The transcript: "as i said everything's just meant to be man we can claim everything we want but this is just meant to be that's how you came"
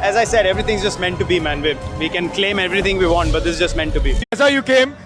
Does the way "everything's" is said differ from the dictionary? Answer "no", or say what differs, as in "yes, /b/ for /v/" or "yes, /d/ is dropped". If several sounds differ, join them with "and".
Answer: yes, /t/ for /θ/